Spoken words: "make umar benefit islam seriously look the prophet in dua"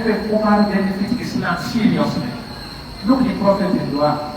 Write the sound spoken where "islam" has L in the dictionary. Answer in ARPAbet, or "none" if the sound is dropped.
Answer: N